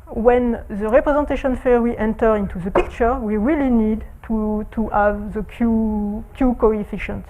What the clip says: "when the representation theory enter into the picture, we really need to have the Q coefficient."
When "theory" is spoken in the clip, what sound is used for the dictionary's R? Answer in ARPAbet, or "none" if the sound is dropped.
W